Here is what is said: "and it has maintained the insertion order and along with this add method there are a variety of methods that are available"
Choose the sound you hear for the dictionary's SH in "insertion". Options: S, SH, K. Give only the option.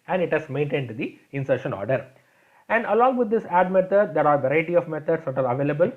SH